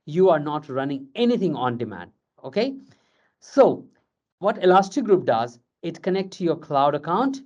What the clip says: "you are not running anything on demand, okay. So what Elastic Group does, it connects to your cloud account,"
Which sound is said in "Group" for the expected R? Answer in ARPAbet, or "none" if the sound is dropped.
R